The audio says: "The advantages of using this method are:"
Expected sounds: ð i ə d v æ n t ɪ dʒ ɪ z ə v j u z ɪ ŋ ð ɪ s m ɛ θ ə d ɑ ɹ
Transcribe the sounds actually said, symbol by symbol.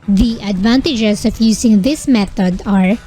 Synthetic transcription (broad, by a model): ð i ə d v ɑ n t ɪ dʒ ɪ s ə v j u s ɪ ŋ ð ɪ s m ɛ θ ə d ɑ ɹ